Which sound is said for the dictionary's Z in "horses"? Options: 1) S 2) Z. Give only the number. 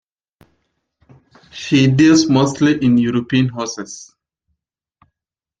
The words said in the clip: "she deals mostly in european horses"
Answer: 1